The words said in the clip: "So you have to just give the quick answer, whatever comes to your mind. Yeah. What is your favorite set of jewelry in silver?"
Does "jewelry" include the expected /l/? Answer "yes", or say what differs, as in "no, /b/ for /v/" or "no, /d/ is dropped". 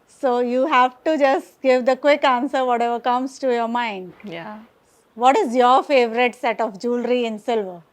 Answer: yes